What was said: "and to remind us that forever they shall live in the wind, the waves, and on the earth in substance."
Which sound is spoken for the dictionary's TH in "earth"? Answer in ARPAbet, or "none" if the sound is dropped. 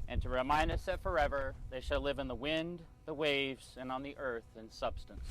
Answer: TH